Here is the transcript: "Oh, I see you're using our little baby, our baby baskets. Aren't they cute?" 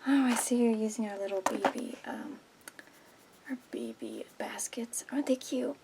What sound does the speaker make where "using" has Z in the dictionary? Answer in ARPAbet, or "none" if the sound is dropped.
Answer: Z